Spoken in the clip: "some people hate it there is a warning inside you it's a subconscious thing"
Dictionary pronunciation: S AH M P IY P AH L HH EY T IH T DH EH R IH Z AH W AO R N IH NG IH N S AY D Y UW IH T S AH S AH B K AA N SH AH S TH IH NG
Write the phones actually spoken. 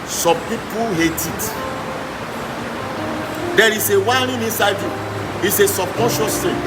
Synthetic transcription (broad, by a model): S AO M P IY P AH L HH EY T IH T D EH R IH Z AH W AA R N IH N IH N S AY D Y UW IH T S AH S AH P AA SH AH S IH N